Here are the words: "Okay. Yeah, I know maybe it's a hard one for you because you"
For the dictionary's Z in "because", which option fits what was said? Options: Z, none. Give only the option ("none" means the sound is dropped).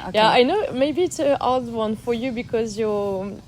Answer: Z